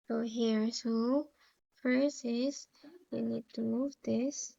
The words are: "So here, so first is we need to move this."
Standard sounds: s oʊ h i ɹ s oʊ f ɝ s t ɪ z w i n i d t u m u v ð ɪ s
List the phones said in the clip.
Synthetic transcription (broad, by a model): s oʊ h i ɹ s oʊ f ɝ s ɪ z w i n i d t u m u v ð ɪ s